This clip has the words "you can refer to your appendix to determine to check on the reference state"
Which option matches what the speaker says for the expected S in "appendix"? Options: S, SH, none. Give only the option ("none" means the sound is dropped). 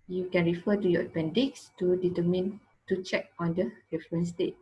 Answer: S